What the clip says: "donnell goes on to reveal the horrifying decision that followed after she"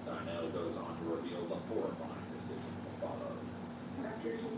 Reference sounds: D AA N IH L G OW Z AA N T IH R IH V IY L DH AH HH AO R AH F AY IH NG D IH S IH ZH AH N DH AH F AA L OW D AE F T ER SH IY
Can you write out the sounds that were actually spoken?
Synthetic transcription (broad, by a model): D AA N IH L G OW Z N T IH R IH V IY L DH AH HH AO R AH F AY IH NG D IH S IH ZH AH N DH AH F AA L OW D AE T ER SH